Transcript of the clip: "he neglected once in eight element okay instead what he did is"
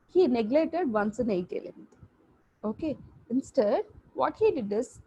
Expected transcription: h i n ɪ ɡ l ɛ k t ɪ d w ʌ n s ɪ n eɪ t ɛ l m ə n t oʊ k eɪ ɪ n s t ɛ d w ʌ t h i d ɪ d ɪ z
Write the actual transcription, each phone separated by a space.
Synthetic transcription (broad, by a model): h i n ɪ ɡ l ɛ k t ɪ d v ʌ n s ɪ n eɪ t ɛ l ə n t oʊ k eɪ ɪ n s t ɛ d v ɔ t h i d ɪ d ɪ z